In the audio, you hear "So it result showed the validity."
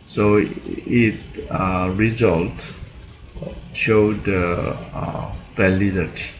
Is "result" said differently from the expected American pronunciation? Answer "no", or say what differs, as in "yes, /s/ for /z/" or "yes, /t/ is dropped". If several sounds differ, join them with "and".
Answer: no